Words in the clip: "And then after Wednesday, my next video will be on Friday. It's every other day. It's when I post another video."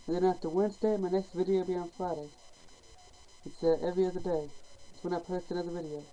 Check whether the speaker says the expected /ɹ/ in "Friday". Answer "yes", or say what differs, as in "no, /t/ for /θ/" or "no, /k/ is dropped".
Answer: no, /ɹ/ is dropped